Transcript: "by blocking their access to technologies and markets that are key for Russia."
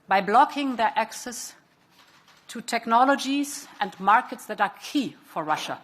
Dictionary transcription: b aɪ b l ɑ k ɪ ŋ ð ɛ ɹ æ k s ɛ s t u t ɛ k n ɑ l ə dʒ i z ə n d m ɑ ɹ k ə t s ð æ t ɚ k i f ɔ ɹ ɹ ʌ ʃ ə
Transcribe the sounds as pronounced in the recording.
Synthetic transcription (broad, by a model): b aɪ b l ɑ k ɪ ŋ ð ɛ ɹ æ k s ɛ s t u t ɛ k n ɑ l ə dʒ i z ə n d m ɑ ɹ k ə t s ð æ t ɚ k i f ɔ ɹ ɹ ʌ ʃ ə